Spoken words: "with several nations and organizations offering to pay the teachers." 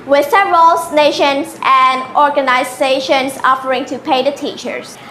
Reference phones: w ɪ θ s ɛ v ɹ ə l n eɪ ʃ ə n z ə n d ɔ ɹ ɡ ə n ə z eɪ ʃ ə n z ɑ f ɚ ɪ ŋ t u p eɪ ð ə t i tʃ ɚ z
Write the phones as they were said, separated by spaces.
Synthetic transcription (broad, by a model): w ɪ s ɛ ɹ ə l n eɪ ʃ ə n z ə n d ɔ ɹ ɡ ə n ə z eɪ ʃ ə n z ɑ f ɚ ɪ ŋ t u p eɪ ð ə t i tʃ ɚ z